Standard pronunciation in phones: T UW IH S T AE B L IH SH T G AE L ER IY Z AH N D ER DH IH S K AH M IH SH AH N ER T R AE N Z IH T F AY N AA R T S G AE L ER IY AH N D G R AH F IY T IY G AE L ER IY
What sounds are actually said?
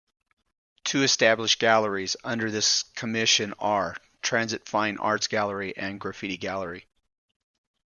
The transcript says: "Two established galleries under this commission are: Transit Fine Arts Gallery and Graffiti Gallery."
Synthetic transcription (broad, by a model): T UW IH S T AE B L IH SH G AE L ER IY Z AH N D ER DH IH S K AH M IH SH AH N ER T R AE N Z IH T F AY N AA R T S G AE L ER IY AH N G R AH F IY T IY G AE L ER IY